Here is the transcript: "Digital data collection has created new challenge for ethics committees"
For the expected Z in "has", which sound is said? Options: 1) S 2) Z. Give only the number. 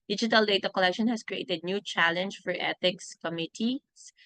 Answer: 1